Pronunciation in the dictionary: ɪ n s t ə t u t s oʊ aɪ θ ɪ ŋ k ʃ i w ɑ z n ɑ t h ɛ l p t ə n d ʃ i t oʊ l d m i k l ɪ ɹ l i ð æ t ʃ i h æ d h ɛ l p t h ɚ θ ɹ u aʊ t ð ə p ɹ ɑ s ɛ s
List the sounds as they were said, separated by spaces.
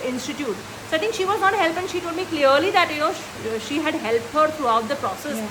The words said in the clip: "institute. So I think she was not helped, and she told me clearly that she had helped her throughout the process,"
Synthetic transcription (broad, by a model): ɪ n s t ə t u t s oʊ aɪ t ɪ ŋ k ʃ i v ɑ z n ɑ t h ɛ l p ə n ʃ i t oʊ d m i k l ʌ ɹ l i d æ t ʃ i h æ d h ɛ l p t h ɚ t ɹ u aʊ t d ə p ɹ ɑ s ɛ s